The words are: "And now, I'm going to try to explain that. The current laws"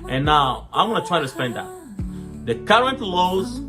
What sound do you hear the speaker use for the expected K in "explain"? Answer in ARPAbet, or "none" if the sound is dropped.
none